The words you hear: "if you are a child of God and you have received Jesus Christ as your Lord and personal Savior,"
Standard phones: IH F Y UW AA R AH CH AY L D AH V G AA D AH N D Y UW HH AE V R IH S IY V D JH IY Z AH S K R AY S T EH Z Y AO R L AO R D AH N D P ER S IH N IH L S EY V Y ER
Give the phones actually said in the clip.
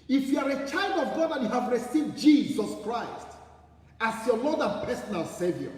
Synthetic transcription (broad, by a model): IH F Y UW AA R AH CH AY L D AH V G AA D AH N Y UW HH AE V R IH S IY V D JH IY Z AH S K R AY S T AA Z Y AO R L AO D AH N P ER S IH N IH L S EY V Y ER